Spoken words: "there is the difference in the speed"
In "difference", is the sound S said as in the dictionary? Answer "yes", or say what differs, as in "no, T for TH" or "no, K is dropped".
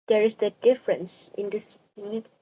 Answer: yes